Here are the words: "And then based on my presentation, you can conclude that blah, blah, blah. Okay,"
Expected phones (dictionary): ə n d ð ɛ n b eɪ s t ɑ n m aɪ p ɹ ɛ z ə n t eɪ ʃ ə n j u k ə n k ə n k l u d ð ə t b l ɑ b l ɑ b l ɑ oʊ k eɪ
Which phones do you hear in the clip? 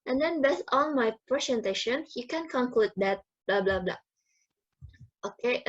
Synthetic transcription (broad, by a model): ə n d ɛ n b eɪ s ɑ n m aɪ p ɹ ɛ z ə n t eɪ ʃ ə n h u k ə n k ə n k l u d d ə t b l ɑ b l ɑ b l ɑ oʊ k eɪ